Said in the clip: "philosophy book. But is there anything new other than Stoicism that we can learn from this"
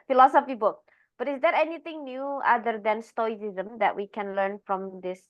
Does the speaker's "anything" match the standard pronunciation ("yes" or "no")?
no